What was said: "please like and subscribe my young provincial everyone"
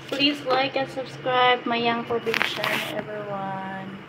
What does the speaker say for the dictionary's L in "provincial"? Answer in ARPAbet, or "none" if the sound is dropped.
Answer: N